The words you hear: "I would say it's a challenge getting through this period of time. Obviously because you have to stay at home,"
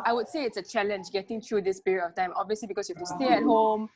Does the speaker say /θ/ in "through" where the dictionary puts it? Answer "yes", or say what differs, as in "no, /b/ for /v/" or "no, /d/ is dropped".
no, /t/ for /θ/